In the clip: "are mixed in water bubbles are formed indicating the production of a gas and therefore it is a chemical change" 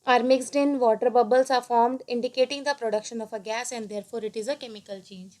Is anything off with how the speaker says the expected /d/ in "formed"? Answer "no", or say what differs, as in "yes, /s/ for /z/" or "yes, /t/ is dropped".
no